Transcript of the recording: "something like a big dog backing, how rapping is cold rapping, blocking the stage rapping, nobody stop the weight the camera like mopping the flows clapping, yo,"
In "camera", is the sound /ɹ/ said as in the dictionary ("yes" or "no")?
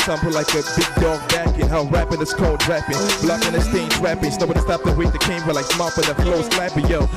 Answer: no